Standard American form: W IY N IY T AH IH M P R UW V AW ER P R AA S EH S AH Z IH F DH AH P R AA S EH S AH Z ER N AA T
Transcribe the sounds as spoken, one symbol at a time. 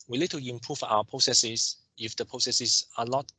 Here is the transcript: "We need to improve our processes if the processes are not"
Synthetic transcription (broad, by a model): W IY L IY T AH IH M P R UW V AW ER P R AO S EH S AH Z IH F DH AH P R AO S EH S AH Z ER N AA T